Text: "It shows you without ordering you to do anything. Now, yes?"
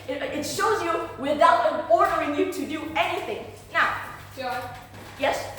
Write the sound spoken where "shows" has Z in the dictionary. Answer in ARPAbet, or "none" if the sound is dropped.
Z